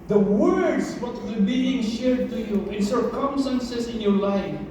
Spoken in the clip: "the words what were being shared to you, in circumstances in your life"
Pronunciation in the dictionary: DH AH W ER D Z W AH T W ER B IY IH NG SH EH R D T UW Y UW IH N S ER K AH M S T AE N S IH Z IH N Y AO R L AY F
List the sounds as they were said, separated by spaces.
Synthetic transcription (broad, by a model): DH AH W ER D S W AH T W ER B IY IH NG SH EH R D T UW Y UW IH N S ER K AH M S T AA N S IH S IH N Y AO R L AY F